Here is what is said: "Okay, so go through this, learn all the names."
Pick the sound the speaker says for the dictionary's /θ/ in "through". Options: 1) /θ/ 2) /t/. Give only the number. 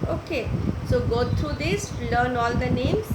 2